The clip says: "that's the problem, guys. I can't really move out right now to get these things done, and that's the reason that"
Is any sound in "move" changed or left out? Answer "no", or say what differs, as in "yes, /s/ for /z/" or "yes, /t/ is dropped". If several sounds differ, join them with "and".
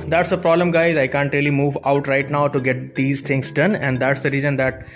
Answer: no